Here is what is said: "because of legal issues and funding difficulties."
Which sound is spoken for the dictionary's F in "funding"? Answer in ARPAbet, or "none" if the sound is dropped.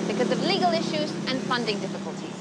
F